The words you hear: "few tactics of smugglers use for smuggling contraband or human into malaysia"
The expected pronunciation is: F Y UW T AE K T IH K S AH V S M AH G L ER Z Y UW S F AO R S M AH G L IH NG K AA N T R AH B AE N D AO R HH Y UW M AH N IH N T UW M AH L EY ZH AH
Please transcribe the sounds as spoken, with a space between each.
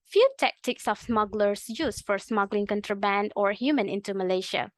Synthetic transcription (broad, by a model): F Y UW T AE K T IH K S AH F S M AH G L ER S Y UW S F AO R S M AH G L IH NG K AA N T R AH B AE N D AO R HH Y UW M AH N IH N T UW M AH L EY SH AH